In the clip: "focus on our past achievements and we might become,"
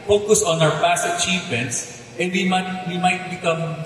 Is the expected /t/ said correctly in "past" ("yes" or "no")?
no